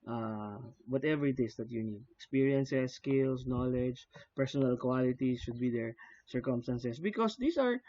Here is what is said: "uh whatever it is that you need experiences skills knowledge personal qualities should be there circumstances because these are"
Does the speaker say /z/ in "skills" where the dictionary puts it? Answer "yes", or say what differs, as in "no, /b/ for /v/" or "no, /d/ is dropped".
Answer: no, /s/ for /z/